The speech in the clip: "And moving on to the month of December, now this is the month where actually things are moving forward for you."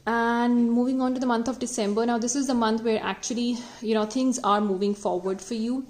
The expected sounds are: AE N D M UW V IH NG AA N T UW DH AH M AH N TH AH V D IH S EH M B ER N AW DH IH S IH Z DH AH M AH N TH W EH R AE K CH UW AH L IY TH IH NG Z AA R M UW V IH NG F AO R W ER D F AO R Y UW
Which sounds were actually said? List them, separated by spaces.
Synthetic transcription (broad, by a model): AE N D M UW V IH NG AA N T UW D AH M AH N T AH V D IH S EH M B ER N AW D IH S IH Z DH AH M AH N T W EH R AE K CH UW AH L IY T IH NG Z AA R M UW V IH NG F AO R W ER D F AO R Y UW